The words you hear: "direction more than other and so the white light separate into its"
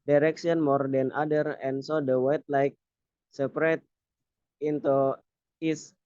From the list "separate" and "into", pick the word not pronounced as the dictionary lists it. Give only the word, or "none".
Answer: none